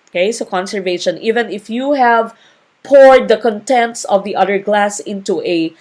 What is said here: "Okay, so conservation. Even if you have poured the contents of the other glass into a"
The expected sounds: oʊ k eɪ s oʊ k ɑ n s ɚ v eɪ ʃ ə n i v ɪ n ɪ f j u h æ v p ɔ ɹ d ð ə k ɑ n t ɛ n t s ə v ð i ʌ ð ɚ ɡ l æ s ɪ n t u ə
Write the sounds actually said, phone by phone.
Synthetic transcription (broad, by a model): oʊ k eɪ s oʊ k ɑ n s ɚ v eɪ ʃ ə n i v ɪ n ɪ f j u h æ v p ɔ ɹ d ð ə k ɑ n t ɛ n t s ə v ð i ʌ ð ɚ ɡ l æ s ɪ n t u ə